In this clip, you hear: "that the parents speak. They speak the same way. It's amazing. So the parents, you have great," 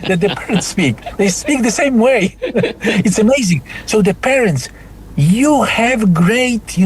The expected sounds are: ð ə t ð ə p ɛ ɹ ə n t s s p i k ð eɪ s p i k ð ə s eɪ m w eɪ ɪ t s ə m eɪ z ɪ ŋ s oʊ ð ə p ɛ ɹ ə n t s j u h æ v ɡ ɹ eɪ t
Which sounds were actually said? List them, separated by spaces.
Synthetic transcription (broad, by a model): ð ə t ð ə p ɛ ɹ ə n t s s p i k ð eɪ s p i k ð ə s eɪ m w eɪ ɪ t s ə m eɪ z ɪ ŋ s oʊ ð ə p ɛ ɹ ə n t s j u h æ v ɡ ɹ eɪ t